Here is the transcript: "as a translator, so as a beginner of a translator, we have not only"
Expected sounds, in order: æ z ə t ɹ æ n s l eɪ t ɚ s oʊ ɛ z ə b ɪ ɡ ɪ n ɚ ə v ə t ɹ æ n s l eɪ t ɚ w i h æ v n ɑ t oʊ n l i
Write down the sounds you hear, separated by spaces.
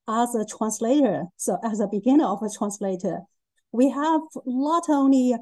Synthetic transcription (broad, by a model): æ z ə t ɹ æ n s l eɪ t ɚ s oʊ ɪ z ə b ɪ ɡ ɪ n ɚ ə v ə t ɹ æ n s l eɪ t ɚ w i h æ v l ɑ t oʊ n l i